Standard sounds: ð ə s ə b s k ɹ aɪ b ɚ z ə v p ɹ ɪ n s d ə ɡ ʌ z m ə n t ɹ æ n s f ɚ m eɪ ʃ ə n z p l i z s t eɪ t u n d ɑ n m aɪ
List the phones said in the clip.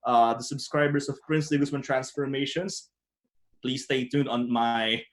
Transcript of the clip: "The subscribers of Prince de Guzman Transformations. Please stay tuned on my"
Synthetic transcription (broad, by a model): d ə s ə b s k ɹ aɪ b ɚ s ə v p ɹ ɪ n s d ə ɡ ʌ s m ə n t ɹ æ n s f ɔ m eɪ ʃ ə n s p l i s t eɪ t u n ɑ n m aɪ